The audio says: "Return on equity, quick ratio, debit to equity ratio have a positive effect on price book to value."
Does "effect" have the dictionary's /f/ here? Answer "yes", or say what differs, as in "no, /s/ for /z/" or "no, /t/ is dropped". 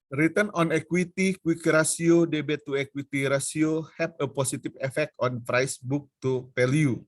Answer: yes